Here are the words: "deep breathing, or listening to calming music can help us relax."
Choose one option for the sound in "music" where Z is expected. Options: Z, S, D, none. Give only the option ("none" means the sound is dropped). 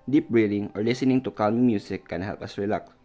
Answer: S